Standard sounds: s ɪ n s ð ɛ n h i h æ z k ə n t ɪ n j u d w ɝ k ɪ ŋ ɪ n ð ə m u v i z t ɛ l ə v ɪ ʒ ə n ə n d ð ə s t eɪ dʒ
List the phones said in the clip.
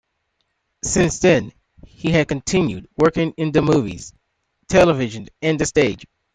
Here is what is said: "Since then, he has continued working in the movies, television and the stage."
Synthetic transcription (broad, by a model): s ɪ n s ð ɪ n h i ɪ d k ə n t ɪ n j u d w ɝ k ɪ ŋ ɪ n ð ə m u v i z t ɛ l ə v ɪ ʒ ə n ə n ð ə s t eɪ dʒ